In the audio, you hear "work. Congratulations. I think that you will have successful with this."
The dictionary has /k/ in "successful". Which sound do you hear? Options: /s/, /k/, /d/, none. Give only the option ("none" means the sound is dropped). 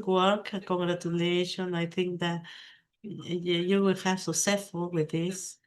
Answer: none